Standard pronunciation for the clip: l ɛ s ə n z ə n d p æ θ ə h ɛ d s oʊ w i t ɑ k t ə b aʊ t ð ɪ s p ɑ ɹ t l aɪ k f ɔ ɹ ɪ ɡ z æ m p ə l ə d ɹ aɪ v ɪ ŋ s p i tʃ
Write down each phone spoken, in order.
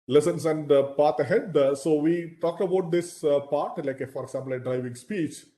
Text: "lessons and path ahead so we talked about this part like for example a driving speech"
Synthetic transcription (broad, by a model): l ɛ s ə n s ə n d p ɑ t ə h ɛ d s oʊ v i t ɑ k t ə b aʊ t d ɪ s p ɑ ɹ t l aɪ k f ɔ ɹ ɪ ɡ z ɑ m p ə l ə d ɹ aɪ v ɪ ŋ s p i tʃ